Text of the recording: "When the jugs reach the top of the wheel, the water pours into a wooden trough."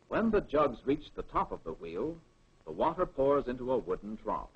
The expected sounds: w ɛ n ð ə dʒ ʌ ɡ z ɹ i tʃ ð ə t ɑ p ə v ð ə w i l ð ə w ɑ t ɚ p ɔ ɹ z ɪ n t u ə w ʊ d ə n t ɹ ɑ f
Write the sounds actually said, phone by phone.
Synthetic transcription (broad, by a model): w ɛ n ð ə dʒ ʌ ɡ z ɹ i tʃ ð ə t ɑ p ə v ð ə w i l ð ə w ɑ t ɚ p ɔ ɹ z ɪ n t u ə w ʊ d n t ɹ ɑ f